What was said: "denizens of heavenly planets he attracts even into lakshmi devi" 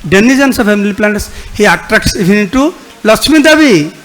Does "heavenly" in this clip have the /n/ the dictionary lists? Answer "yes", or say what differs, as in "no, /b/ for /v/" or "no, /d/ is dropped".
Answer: no, /n/ is dropped